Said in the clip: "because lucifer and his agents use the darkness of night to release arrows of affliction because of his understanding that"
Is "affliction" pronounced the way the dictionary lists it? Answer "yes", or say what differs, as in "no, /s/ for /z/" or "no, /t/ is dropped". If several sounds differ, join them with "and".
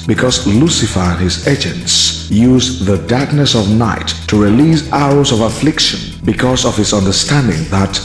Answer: yes